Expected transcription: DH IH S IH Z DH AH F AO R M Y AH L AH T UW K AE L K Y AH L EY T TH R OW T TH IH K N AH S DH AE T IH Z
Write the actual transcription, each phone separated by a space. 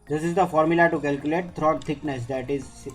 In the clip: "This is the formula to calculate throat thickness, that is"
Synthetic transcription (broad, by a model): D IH S IH Z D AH F AO R M Y AH L AH T UW K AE L K Y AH L EY T T R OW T T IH K N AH S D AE T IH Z